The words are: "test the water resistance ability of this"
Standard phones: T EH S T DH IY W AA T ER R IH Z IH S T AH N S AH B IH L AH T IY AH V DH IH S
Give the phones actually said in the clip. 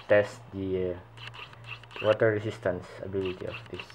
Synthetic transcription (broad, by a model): T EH S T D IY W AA T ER R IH S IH S T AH N S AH B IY L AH T IY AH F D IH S